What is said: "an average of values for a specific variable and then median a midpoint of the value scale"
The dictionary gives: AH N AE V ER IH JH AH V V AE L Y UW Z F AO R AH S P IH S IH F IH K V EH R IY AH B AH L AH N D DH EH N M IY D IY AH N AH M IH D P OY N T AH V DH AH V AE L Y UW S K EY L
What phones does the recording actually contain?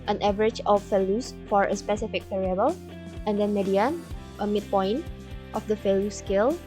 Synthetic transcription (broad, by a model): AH N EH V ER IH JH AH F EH L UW S F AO R AH S P IH S IH F IH K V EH R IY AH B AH L AH N D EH N M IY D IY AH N AH M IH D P OY N T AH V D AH F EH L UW S K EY L